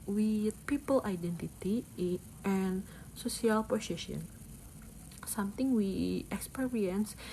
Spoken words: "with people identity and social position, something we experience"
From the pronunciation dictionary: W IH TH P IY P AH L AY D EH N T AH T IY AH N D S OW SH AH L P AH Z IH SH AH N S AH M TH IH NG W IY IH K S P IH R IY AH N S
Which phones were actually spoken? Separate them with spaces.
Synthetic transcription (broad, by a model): W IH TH P IY P AH L AY D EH N T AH T IY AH N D S OW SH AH L P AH S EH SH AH N S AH M T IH NG W IY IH K S P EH R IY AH N S